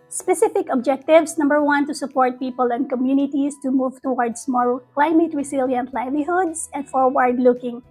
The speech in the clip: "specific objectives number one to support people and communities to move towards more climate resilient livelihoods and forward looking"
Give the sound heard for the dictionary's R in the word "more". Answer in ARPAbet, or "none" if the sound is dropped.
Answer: L